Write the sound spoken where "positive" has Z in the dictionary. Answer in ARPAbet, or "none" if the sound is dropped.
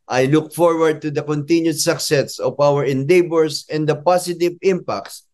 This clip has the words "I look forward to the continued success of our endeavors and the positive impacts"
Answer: S